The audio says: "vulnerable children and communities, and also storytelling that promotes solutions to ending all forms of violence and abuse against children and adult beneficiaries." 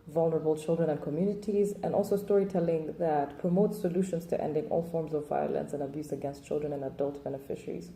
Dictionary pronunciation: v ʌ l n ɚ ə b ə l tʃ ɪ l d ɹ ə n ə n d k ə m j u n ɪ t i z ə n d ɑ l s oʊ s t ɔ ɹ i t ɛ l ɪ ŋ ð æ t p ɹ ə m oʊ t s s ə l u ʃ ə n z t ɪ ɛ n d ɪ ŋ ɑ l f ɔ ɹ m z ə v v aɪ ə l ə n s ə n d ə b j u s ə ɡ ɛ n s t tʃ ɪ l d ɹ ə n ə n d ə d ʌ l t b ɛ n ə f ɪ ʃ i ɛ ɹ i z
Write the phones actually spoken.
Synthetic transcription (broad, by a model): v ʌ l n ɚ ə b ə l tʃ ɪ l d ɹ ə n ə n k ə m j u n ɪ t i z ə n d ɑ l s oʊ s t ɔ ɹ i t ɛ l ɪ ŋ ð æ t p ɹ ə m oʊ t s s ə l u ʃ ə n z t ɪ ɛ n d ɪ ŋ ɑ l f ɔ ɹ m z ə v v aɪ ə l ə n s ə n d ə b j u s ə ɡ ɛ n s t tʃ ɪ l d ɹ ə n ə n ə d ʌ l t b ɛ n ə f ɪ ʃ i ɹ i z